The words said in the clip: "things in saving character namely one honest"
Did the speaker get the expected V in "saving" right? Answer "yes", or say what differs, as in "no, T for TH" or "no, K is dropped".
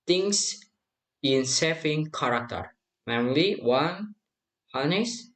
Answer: no, F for V